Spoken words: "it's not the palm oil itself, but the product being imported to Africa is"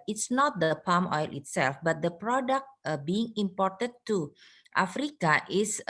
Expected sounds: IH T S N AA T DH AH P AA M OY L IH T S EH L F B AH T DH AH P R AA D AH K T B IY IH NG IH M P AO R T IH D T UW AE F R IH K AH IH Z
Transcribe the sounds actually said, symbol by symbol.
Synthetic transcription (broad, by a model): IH T S N AA T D AH P AA M OY L IH T S EH L F B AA T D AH P R AA D AH K T B IY IH NG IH M P AO R T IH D T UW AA F R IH K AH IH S